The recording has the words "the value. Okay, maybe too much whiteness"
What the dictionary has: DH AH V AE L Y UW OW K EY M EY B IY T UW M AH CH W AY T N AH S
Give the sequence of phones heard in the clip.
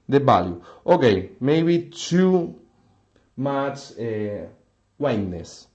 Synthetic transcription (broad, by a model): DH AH B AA L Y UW OW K EY M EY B IY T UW M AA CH W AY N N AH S